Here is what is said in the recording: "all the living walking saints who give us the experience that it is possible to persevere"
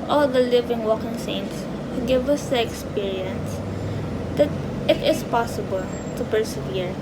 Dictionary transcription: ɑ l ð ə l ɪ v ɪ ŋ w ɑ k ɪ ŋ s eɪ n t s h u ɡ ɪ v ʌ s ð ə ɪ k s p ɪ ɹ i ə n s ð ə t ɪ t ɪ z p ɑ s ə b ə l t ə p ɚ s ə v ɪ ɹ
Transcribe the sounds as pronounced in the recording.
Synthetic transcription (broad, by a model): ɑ l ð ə l ɪ v ɪ ŋ w ɑ k ɪ ŋ s eɪ n t s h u ɡ ɪ v ʌ s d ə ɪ k s p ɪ ɹ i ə n s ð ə t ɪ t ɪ s p ɑ s ə b ə l t ə p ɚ s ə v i ɹ